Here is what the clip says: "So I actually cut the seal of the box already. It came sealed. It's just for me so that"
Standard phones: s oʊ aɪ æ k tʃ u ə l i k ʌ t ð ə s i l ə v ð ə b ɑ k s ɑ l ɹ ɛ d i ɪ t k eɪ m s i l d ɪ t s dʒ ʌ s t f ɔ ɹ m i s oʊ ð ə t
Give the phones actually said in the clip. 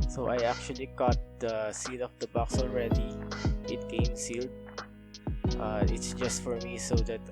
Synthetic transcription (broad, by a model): s oʊ aɪ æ k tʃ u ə l i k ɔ t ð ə s i l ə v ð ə b ɑ k s ɑ l ɹ ɛ d i ɪ t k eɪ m s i l d ɪ t s dʒ ʌ s t f ɔ ɹ m i s oʊ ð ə t